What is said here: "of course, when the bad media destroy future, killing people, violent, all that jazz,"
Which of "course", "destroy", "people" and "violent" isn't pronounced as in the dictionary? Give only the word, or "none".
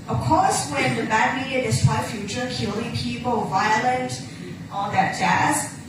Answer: destroy